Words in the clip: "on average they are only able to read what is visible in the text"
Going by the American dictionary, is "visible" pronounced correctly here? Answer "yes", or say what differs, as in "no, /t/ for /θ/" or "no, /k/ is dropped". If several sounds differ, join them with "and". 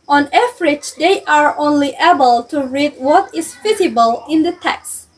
no, /f/ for /v/